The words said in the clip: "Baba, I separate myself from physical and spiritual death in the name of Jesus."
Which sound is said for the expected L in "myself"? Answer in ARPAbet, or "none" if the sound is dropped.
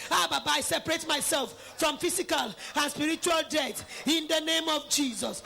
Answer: L